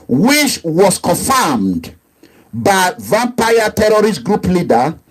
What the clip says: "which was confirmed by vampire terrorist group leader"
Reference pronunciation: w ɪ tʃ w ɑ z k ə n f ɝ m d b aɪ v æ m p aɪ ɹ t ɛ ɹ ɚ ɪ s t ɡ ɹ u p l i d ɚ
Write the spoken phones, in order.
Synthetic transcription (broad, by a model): w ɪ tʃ w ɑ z k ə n f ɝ m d b aɪ v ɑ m p aɪ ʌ t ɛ ɹ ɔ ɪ s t ɡ ɹ u p l i d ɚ